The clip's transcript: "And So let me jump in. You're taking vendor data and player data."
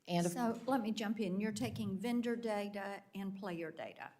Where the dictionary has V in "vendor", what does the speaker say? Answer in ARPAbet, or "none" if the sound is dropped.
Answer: V